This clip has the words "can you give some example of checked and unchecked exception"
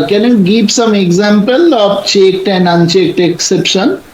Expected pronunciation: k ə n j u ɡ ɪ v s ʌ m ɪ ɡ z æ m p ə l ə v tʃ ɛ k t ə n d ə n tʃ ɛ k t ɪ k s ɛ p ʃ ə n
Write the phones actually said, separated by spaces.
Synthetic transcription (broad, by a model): k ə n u ɡ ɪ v s ʌ m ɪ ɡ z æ m p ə l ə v tʃ ɛ k t ə n d ə n tʃ ɛ k t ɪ k s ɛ p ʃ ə n